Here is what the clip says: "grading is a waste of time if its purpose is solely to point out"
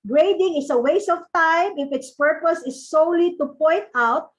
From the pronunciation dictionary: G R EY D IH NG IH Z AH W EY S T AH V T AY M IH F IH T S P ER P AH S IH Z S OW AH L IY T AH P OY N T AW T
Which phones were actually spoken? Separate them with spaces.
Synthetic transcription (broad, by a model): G R EY D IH NG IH S AH W EY S AH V T AY M IH F IH T S P ER P AH S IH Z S OW L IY T AH P OY N T AW T